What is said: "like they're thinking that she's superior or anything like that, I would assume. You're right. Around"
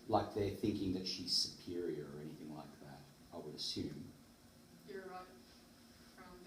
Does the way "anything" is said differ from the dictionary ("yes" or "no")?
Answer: no